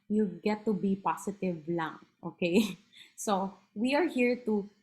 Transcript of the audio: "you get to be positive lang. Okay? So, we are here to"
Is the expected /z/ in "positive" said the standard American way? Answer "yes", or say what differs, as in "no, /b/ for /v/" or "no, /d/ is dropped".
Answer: no, /s/ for /z/